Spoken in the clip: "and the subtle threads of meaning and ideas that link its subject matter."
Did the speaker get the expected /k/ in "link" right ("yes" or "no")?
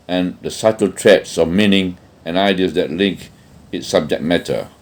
yes